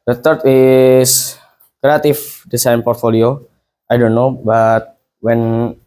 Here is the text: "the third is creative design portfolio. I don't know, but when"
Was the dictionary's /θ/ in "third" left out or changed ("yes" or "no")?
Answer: yes